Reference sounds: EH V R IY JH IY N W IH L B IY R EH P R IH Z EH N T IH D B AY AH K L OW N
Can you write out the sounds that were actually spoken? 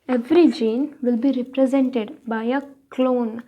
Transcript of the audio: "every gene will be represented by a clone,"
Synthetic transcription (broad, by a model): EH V R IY JH IY N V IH L B IY R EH P R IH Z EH N T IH D B AY AH K L OW N